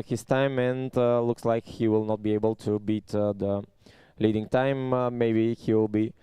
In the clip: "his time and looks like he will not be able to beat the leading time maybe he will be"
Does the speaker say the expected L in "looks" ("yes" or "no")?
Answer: yes